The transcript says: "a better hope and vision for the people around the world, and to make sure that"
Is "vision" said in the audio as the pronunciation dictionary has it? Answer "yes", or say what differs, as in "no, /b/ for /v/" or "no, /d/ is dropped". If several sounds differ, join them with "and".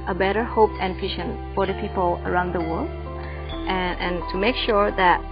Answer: no, /ʃ/ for /ʒ/